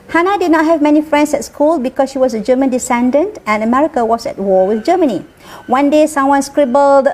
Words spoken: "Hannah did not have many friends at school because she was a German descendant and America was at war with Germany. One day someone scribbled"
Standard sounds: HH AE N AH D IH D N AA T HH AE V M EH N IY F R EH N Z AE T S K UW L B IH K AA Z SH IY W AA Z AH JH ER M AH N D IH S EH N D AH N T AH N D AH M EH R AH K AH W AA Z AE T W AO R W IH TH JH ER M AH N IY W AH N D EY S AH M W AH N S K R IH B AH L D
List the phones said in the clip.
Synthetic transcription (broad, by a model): HH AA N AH D IH D N AA T HH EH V M EH N IY F R EH N S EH T S K UW L B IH K AA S SH IY W AA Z AH JH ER M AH N D IH S EH N D AH N T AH N AH M EH R AH K AH W AA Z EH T W AO W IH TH JH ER M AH N IY W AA N D EY S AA M W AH N S K R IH B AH L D